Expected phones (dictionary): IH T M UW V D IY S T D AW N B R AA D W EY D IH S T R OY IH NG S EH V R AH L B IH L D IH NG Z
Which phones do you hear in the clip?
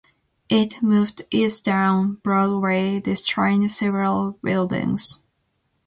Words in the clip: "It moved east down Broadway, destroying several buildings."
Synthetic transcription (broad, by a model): IH T M UW V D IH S D AW N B R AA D W EY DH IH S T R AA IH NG S EH V R AH L B IH L D IH NG Z